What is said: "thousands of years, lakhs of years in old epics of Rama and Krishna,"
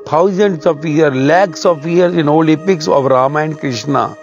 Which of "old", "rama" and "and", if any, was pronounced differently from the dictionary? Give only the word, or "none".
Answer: old